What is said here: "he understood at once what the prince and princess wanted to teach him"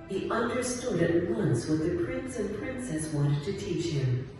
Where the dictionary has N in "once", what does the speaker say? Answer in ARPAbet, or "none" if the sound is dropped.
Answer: N